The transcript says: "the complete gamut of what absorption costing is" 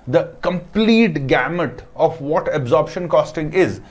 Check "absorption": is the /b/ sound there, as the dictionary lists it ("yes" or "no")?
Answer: yes